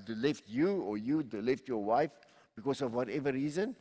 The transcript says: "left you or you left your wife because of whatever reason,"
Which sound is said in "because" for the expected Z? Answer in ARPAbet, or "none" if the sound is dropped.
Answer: S